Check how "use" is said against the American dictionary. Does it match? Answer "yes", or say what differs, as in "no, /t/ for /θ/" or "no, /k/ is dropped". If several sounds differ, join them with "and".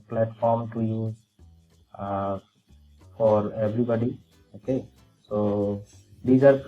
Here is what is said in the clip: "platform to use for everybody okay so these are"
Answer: no, /s/ is dropped